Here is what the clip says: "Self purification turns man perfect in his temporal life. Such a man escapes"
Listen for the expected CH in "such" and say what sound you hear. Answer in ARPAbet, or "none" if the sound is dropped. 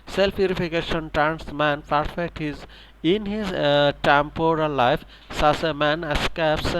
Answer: S